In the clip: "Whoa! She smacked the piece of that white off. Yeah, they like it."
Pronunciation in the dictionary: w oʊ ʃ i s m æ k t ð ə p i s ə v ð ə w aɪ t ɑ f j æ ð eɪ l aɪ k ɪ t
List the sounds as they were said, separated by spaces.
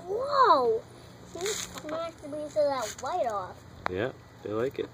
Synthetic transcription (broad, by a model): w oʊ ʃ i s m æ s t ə b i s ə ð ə w aɪ t ɑ f j æ ð eɪ l aɪ k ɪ t